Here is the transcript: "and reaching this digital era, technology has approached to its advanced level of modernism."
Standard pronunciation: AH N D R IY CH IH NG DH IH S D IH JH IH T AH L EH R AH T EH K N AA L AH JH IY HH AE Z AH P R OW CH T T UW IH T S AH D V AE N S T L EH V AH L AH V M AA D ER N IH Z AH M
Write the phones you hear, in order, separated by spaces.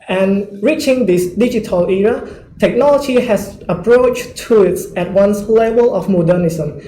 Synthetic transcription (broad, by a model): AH N R IY CH IH NG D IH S D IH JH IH T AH L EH R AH T EH K N AA L AH JH IY HH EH S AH P R OW CH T T UW IH T S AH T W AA N S L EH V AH L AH F M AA D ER N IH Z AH M